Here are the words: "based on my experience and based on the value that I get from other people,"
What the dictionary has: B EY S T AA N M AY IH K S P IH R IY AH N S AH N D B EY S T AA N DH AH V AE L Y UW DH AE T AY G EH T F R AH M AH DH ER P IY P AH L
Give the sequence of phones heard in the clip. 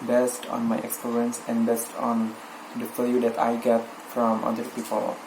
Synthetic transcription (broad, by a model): B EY S T AA N M AY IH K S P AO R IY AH N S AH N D B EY S T AA N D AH F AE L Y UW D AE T AY G EH T F R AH M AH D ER P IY P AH L